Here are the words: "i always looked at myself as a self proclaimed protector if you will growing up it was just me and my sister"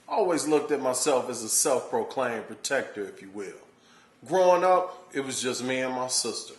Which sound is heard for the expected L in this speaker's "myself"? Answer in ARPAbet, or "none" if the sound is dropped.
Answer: L